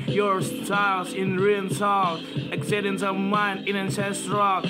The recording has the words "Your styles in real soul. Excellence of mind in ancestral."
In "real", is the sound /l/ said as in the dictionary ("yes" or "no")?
no